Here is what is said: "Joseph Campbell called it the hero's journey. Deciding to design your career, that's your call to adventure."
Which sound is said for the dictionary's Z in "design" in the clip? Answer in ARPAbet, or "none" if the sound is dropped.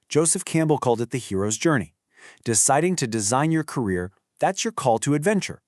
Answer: Z